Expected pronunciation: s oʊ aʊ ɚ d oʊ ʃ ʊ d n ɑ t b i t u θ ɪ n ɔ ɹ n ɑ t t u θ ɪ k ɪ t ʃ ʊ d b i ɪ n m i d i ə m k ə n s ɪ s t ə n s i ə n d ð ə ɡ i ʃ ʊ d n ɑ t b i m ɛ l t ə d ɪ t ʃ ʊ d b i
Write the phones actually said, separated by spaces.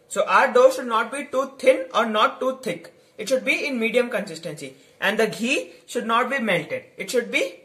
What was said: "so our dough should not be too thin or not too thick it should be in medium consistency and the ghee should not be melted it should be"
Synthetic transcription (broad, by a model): s oʊ aʊ ɚ d oʊ ʃ ʊ d n ɑ t b i t u t ɪ n ɔ ɹ n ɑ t t u t ɪ k ɪ t ʃ ʊ d b i ɪ n m i d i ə m k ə n s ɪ s t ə n s i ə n d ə ɡ i ʃ ʊ d n ɑ t b i m ɛ l t ə d ɪ t ʃ ʊ d b i